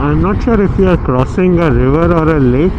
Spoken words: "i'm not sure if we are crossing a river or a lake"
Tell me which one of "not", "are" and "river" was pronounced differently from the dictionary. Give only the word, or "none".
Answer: none